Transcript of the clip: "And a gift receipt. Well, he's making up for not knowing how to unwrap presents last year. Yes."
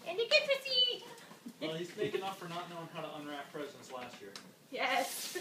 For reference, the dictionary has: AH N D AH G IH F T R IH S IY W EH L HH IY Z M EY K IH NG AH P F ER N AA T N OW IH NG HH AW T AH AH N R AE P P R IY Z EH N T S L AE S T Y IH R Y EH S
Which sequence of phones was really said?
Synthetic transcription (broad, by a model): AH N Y AH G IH T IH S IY W EH L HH IY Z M EY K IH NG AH F ER N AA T N OW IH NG HH AW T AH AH N R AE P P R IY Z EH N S L AE S T Y IH R Y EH S